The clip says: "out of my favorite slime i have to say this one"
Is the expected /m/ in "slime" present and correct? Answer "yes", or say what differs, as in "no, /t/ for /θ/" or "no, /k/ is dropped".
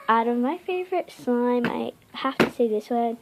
yes